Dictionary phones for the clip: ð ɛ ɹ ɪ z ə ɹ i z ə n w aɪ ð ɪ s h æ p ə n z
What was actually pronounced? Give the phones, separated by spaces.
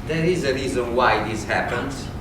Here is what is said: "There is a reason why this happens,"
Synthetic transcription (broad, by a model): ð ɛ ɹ ɪ z ə ɹ i z ə n w aɪ ð ɪ s h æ p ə n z